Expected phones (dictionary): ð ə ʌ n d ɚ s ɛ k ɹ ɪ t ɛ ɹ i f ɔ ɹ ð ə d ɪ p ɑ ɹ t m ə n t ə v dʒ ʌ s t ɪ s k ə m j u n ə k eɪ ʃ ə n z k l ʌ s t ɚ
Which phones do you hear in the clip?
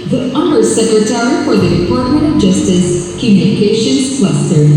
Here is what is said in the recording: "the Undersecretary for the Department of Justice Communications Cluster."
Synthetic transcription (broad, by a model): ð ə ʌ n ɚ s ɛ k ɹ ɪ t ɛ ɹ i f ɔ ɹ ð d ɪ f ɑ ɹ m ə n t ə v dʒ ʌ s t ɪ s k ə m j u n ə k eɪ ʃ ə n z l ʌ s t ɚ